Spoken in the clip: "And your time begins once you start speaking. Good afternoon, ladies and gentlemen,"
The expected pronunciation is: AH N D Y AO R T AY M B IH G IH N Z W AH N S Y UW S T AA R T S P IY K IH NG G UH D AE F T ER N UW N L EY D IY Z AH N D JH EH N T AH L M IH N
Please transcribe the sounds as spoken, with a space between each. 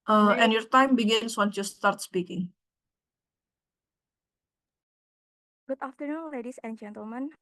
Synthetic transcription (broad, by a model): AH N Y AO R T AY M B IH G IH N S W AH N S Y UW S T AA R T S P IY K IH NG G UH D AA F T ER N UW N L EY D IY S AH N JH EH N T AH L M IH N